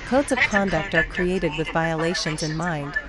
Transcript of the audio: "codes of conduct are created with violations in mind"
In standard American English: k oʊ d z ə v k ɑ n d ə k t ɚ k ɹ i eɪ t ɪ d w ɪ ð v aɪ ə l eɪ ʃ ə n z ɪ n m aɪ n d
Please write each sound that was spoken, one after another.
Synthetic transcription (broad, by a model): k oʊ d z ə v k ɑ n d ə k t ɚ k ɹ i eɪ t ɪ d w ɪ ð v aɪ ə l eɪ ʃ ə n z ɪ n m aɪ n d